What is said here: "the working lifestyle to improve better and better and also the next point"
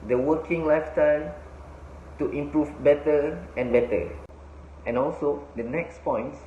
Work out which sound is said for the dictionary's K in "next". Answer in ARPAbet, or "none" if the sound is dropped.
K